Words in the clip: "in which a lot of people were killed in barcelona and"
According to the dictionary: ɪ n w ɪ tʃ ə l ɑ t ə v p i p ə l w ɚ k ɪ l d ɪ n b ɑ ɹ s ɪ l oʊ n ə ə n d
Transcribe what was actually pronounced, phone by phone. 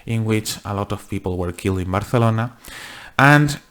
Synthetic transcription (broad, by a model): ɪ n w ɪ tʃ ə l ɑ t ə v p i p ə l w ɚ k ɪ l d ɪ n b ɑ ɹ θ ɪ l oʊ n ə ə n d